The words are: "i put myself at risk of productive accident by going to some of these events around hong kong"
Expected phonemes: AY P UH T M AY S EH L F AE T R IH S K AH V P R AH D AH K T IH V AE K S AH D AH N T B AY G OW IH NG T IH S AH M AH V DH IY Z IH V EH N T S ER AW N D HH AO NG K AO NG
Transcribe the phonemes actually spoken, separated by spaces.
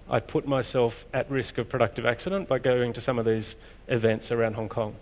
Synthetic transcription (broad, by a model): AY P UH T M AY S EH L F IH T R IH S K AH V P R AH D AH K T IH V AE K S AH D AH N B AY G OW IH NG T IH S AH M AH V DH IY Z IH V EH N T S ER AW N D HH AO NG K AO NG